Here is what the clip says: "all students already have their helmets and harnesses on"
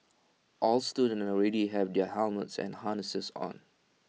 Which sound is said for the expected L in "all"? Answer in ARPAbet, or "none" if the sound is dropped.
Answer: L